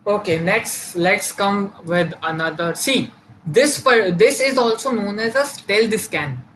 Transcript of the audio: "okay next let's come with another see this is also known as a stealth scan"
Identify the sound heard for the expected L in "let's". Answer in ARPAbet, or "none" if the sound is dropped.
L